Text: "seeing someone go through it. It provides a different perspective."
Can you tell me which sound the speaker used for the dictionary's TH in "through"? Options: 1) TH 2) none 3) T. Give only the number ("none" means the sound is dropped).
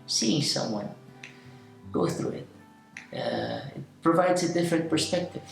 1